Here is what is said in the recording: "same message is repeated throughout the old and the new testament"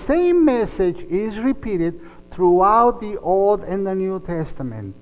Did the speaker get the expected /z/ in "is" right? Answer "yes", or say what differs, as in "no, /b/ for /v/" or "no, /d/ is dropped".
yes